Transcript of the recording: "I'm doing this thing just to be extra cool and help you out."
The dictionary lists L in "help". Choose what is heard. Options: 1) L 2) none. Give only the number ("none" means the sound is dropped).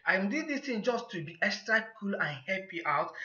2